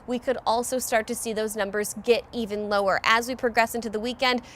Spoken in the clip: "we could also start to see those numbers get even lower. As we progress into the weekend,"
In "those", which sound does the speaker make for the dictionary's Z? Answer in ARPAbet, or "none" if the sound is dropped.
Z